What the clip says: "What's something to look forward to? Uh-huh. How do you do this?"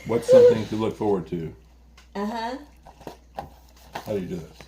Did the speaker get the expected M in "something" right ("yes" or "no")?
no